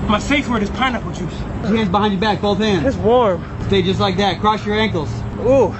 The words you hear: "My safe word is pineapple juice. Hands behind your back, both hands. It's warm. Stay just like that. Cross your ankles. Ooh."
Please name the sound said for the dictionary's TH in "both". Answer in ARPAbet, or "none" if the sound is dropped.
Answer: TH